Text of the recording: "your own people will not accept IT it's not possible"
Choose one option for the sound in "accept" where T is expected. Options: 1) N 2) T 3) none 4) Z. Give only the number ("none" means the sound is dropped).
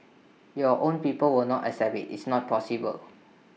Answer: 3